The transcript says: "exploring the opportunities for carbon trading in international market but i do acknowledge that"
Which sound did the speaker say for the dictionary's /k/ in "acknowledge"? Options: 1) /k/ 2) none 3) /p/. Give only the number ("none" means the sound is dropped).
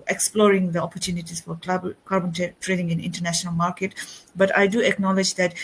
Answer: 1